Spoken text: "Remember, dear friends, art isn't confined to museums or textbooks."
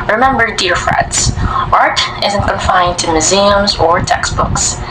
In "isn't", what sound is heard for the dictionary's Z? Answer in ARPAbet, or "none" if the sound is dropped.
Z